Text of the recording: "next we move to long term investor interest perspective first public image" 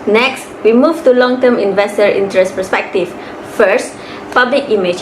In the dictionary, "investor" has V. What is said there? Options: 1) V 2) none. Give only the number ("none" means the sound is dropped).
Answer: 1